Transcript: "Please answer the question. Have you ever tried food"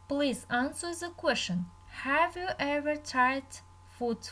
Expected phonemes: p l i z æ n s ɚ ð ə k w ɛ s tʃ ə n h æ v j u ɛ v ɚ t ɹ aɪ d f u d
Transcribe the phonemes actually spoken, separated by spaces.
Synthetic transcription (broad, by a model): p l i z æ n s ɚ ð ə k w ɛ s tʃ ə n h æ v j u ɛ v ɚ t aɪ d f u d